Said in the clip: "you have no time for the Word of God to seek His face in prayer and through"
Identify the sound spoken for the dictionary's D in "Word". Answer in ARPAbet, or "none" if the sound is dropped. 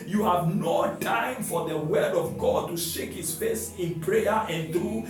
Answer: D